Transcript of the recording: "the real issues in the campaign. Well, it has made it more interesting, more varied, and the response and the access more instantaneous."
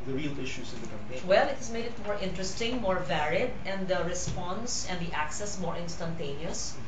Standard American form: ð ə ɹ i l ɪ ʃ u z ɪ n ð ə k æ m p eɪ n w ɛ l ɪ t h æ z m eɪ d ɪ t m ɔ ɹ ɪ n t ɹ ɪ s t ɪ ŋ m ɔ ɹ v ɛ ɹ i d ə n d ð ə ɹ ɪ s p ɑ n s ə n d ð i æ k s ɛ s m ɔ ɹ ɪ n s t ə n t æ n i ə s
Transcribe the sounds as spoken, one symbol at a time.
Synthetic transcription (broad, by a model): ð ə ɹ i l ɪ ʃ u s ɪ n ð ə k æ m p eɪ w ɛ l ɪ t h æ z m eɪ d ɪ t m ɔ ɹ ɪ n t ɹ ɪ s t ɪ ŋ m ɔ ɹ v ɛ ɹ i d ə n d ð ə ɹ ɪ s p ɑ n s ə n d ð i æ k s ɛ s m ɔ ɹ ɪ n s t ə n t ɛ n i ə s